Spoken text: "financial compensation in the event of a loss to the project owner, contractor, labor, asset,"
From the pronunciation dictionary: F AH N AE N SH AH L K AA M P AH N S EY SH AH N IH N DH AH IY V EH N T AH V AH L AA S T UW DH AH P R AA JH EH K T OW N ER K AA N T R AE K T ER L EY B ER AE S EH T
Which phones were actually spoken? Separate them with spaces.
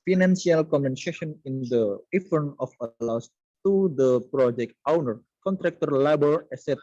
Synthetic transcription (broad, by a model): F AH N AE N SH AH L K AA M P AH N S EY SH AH N IH N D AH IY F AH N AH F AH L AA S T UW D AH P R AA JH EH K T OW N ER K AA N T R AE K T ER L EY B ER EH S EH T